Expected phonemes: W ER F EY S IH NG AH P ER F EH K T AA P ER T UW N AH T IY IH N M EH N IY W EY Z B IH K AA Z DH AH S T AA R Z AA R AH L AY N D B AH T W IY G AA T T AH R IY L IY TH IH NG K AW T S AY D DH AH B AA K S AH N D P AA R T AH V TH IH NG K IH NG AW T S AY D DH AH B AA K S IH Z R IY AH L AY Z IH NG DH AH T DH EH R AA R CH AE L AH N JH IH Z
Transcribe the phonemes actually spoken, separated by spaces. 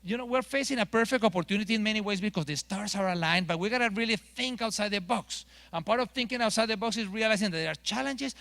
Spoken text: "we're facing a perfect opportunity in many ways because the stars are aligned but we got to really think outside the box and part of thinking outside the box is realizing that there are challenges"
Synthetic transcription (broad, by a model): W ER F EY S IH NG AH P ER F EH K T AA P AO T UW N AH T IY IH N M EH N IY W EY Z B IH K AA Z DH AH S T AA R S AA R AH L AY N B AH T W IY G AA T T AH R IY L IY TH IH NG K AW T S AY D DH AH B AA K S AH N P AA R T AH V TH IH NG K IH NG AW T S AY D DH AH B AA K S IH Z R IY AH L AY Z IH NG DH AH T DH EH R AA R CH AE L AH N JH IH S